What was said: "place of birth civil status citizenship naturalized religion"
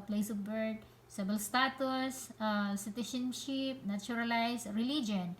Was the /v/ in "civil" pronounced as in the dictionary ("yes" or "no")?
no